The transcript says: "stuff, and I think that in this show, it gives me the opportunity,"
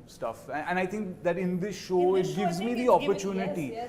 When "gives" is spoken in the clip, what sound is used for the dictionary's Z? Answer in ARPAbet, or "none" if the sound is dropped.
Z